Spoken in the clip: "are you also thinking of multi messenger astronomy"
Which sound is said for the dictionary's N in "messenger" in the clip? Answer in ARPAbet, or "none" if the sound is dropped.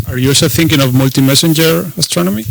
N